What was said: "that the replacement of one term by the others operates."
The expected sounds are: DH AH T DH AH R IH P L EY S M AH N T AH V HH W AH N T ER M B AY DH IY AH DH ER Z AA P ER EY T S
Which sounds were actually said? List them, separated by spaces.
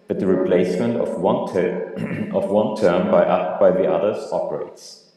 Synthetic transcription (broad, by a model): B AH T DH AH R IH P L EY S M AH N T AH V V W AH N T ER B B AY DH IY AH DH ER Z AA P ER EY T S